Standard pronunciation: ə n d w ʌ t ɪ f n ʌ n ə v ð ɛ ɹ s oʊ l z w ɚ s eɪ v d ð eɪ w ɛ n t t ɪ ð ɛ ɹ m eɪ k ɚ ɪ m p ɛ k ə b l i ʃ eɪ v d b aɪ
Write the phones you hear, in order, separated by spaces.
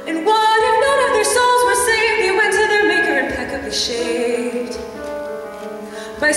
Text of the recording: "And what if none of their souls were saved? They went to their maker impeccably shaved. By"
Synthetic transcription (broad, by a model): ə n w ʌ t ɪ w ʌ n ə v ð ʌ ɹ s oʊ l z w ɚ s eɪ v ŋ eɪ w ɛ n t t ɪ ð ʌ ɹ m eɪ k ɚ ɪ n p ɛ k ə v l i ʃ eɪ p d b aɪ